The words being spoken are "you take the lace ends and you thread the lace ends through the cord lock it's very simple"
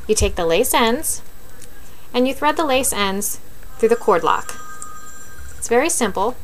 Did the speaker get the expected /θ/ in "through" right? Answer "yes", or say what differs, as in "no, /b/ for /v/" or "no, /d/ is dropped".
yes